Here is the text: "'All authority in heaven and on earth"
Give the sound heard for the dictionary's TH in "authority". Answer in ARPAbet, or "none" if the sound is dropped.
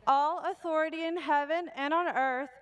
TH